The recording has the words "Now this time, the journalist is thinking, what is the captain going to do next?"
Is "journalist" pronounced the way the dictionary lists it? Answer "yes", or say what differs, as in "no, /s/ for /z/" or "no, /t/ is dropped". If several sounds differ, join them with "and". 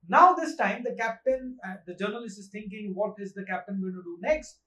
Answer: yes